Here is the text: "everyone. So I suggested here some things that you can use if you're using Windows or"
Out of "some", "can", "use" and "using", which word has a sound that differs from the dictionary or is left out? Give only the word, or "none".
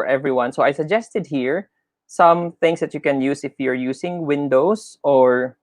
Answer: using